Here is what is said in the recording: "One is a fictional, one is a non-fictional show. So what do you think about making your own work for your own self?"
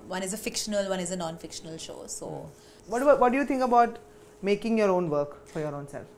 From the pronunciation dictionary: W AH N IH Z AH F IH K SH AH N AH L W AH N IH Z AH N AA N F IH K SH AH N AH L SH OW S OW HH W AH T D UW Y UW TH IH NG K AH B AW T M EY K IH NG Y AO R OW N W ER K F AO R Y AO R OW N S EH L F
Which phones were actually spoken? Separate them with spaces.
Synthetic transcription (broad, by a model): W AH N IH Z AH F IH K SH AH N AH L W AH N IH Z AH N AA N F IH K SH AH N AH L SH OW S OW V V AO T D UW Y UW T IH NG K AH B AW T M EY K IH NG Y AO R OW N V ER K F AO R Y AO R OW N S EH L F